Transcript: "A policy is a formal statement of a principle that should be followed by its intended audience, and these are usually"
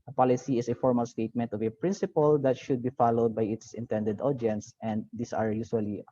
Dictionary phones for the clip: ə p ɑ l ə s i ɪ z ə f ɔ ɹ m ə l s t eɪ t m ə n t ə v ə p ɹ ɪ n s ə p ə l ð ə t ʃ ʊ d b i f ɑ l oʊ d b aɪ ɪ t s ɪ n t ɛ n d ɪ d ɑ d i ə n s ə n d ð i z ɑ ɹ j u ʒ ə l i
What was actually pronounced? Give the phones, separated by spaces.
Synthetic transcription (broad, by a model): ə p ɑ l ə s i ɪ s ə f ɔ ɹ m ə l s t eɪ t m ə n t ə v ə p ɹ ɪ n s ə p ə l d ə t ʃ ʊ d b i f ɑ l oʊ d b aɪ ɪ t s ɪ n t ɛ n d ɪ d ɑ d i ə n s ə n d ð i s ɑ ɹ j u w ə l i